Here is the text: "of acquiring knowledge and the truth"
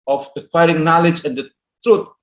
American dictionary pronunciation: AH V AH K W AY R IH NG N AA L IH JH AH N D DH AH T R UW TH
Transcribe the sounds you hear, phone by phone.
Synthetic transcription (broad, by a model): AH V AH K W AY R IH NG N AA L IH JH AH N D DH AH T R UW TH